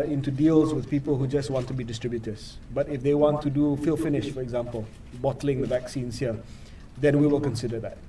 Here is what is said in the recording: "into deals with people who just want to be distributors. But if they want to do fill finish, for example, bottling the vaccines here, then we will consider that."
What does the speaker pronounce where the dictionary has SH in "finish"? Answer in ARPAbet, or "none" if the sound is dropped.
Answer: SH